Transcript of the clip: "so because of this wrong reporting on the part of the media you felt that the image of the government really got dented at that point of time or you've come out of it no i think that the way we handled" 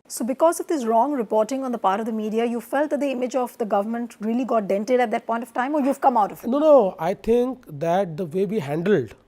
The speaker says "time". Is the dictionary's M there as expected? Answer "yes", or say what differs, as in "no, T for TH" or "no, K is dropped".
yes